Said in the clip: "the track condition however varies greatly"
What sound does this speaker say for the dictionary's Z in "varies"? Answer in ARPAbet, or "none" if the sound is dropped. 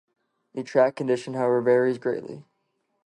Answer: Z